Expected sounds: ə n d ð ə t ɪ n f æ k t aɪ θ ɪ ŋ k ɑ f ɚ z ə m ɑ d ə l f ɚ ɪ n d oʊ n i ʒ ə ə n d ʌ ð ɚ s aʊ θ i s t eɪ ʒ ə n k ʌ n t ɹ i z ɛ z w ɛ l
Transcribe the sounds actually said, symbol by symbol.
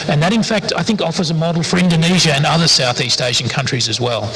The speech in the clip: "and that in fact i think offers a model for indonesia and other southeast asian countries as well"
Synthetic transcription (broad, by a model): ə n ð ə t ɪ n f æ k t aɪ θ ɪ ŋ k ɑ f ɚ z ə m ɑ d l f ɚ ɪ n d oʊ n i ʒ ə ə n ʌ ð ɚ s aʊ θ i s t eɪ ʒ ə n k ʌ n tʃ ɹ i z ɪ z w ɛ l